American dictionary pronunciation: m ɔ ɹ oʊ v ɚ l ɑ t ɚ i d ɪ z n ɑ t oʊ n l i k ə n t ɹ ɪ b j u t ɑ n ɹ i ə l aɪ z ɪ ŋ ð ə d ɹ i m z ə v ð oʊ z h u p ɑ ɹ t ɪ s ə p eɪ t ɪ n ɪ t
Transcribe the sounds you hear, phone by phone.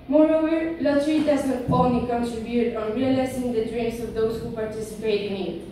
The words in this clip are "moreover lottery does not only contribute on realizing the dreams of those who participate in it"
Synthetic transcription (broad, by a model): m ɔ ɹ oʊ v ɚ l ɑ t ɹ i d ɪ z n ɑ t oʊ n i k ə n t ɹ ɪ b j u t ɑ n ɹ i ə l aɪ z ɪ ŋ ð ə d ɹ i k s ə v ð oʊ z h u p ɑ ɹ t ɪ s ə p eɪ t ɪ n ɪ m